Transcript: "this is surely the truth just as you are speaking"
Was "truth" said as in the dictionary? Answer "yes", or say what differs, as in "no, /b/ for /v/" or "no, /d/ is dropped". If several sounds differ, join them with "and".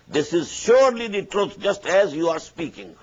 no, /t/ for /θ/